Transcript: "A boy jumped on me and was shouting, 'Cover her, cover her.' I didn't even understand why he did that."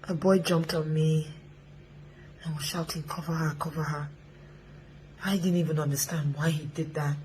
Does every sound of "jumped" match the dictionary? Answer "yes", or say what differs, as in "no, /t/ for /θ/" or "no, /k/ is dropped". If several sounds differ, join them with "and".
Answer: yes